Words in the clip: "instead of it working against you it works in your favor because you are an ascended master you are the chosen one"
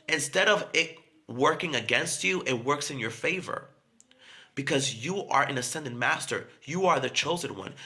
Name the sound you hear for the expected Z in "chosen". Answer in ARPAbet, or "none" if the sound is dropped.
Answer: Z